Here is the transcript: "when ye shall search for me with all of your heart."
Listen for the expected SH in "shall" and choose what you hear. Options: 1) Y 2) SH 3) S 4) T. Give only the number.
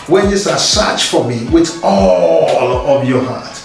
3